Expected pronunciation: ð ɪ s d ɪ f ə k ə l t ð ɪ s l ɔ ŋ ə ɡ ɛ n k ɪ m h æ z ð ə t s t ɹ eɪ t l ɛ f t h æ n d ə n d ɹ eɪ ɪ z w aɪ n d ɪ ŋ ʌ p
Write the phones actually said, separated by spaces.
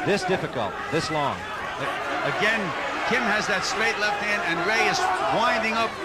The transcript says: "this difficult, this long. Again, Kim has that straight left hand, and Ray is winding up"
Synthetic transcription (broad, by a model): ð ɪ s d ɪ f ə k ə l t ð ɪ s l ɔ ŋ ə ɡ ɛ n k ɪ m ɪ z ð ə t s t ɹ eɪ t l ɛ f t h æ n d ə n ɹ eɪ ɪ z w aɪ n d ɪ ŋ ʌ p